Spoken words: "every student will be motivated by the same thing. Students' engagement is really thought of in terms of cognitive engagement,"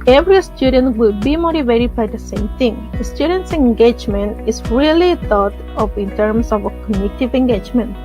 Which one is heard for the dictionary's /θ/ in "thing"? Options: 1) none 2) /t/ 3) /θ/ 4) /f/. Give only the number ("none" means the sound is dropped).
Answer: 2